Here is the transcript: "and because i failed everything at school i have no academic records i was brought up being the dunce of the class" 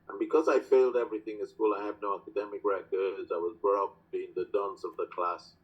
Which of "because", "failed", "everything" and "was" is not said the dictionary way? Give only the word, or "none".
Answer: none